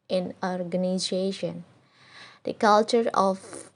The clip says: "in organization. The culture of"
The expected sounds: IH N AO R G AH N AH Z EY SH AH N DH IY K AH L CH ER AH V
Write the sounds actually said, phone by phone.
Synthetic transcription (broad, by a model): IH N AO R G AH N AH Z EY SH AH N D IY K AH L CH ER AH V